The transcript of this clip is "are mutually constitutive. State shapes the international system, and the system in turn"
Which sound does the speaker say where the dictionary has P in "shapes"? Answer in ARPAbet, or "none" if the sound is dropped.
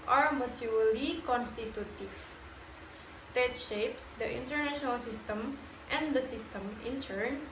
P